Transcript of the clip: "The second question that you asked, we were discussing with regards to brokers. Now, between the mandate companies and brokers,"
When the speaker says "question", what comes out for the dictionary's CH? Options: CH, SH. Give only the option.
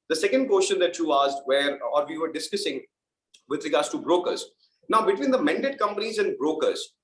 SH